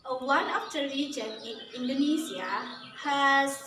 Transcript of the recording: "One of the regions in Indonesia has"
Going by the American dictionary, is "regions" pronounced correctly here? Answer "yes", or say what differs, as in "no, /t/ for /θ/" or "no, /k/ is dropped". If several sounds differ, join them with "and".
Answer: no, /z/ is dropped